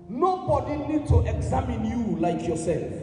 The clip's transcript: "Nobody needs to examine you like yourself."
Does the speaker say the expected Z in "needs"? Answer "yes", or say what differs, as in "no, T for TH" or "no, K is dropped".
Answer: no, Z is dropped